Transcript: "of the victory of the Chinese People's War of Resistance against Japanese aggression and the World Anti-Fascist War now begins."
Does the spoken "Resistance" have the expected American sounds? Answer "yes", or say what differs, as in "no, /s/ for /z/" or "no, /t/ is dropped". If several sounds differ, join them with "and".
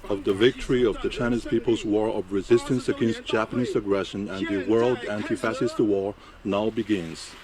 yes